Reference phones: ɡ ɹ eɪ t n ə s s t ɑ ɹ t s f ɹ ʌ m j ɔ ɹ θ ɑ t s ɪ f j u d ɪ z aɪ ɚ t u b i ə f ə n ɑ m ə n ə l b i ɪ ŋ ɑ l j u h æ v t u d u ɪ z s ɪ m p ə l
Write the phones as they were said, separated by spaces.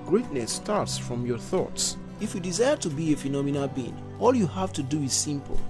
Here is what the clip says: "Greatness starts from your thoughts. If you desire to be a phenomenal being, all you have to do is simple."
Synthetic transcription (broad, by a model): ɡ ɹ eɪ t n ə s s t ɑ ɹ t s f ɹ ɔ m j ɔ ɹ θ ɑ t s ɪ f j u d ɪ z aɪ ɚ t u b i ə f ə n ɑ m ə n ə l b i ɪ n ɑ l j u h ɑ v t u d u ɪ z s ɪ m p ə l